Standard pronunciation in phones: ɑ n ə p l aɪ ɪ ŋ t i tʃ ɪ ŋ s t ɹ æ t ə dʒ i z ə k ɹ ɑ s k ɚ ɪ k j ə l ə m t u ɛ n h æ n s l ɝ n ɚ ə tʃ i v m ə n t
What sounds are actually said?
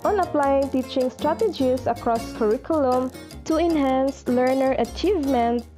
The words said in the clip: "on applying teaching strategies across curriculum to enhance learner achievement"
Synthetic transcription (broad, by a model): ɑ n ə p l aɪ ɪ ŋ t i tʃ ɪ ŋ s t ɹ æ t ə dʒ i s ə k ɹ ɑ s k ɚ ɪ k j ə l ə m t u ɛ n h æ n s l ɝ n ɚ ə tʃ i v m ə n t